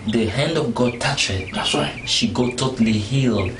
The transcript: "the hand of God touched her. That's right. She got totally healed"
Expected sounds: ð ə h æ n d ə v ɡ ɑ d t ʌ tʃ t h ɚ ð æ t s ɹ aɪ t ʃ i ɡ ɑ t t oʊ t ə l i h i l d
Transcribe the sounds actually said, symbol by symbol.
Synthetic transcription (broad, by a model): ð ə h æ n d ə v ɡ ɑ d t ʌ tʃ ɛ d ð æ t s w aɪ ʃ i ɡ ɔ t t oʊ t ə l i h i l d